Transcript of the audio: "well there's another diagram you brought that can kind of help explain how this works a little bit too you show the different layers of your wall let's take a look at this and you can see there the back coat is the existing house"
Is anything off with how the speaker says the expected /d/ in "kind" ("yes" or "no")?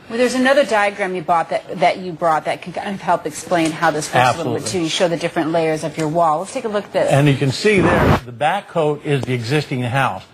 yes